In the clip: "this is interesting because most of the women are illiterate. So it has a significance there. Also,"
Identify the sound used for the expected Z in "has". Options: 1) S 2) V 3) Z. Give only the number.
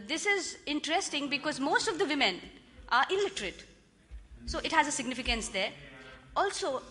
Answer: 3